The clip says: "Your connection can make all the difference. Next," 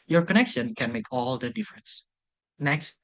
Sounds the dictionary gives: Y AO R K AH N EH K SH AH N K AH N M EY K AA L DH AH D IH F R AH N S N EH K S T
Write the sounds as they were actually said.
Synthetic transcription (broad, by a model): Y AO R K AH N EH K SH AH N K AH N M EY K AA L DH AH D IH F R AH N S N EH K S T